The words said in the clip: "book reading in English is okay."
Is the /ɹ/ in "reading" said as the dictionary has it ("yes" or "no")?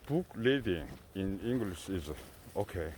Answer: no